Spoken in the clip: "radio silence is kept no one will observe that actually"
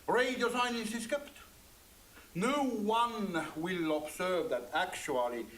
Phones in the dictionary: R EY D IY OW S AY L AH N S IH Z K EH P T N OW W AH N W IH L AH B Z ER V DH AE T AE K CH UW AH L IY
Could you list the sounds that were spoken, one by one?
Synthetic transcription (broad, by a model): R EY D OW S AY N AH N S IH S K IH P T N OW W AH N W IH L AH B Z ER V DH AE T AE K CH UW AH L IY